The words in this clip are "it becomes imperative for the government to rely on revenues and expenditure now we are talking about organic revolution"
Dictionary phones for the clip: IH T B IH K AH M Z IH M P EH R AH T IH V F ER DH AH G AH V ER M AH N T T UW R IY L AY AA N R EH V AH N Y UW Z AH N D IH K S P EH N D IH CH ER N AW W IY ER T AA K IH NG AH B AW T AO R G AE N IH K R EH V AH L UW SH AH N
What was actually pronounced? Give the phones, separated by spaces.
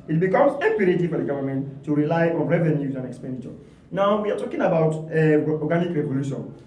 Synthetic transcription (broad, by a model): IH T B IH K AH M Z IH P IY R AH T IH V F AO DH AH G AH V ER M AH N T T UW R IY L AY AA N R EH V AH N Y UW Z AH N D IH K S P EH N D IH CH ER N AW W IY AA T AA K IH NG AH B AW T AO G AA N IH K R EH V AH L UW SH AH N